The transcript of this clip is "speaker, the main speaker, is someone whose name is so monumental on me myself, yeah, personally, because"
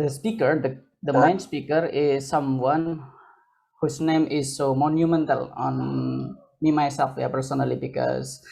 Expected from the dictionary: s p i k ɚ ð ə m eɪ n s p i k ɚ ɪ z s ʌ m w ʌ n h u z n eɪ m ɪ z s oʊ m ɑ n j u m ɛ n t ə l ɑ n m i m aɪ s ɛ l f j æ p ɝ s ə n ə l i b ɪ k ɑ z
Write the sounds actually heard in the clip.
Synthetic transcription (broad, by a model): s p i k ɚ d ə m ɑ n s p i k ɚ ɪ z s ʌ m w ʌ n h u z n eɪ m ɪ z s oʊ m ɑ n j u m ɛ n t ə l ɑ n m i m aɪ s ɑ f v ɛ p ɝ s ə n ə l i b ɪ k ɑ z